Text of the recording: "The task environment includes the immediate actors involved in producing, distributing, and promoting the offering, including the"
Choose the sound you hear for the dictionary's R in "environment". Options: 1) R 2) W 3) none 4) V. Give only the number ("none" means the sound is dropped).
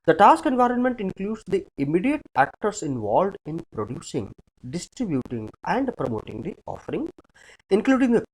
1